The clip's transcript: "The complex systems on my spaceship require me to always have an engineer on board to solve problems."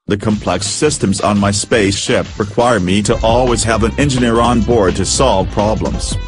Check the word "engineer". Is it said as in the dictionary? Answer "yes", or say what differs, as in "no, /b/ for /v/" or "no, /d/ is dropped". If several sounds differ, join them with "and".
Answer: yes